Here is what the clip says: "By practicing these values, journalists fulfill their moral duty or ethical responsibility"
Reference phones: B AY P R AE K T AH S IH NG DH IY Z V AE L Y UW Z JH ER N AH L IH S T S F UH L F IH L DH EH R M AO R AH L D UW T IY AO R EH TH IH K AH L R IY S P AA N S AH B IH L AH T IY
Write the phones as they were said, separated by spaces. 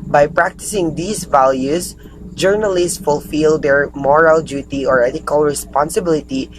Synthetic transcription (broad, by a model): B AY P R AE K T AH S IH NG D IY S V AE L Y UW S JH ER N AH L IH S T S F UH L F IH L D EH R M AO R AH L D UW T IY AO R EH T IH K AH L R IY S P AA N S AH B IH L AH T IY